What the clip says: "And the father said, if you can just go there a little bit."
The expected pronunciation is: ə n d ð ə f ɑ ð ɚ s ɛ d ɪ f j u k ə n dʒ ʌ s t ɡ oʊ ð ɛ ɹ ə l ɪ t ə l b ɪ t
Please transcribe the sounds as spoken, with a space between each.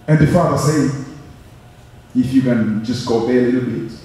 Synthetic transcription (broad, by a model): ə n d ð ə f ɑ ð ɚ s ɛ ɪ f j u k ə n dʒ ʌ s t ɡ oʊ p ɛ ə l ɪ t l b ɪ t